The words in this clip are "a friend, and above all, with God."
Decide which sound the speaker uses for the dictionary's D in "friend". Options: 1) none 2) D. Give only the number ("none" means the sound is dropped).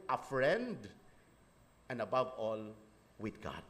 2